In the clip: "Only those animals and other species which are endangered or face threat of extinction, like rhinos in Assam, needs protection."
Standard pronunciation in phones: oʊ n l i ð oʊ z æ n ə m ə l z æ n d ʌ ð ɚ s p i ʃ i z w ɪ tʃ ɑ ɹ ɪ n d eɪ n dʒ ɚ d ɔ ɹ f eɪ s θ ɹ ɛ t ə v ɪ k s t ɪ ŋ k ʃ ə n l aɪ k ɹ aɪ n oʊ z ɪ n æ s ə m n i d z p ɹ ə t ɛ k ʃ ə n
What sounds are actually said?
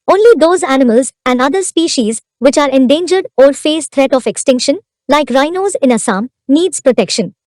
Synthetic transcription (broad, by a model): oʊ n l i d oʊ z æ n ə m ə l z æ n d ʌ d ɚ s p i ʃ i z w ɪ tʃ ɑ ɹ ɪ n d eɪ n dʒ ɚ d ɔ ɹ f eɪ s t ɹ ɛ t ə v ɪ k s t ɪ ŋ k ʃ ə n l aɪ k ɹ aɪ n oʊ z ɪ n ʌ s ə m n i d z p ɹ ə t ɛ k ʃ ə n